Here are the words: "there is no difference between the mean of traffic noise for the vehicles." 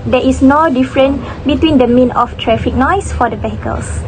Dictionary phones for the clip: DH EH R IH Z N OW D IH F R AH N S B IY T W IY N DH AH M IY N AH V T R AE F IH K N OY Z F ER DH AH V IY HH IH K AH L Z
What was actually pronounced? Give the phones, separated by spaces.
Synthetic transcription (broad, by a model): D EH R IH S N OW D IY F R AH N B IY T W IY N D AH M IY N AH F T R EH F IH K N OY S F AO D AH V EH HH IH K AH L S